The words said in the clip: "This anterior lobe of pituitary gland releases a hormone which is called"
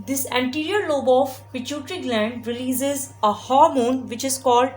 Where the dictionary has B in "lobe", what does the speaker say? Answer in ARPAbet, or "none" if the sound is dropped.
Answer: B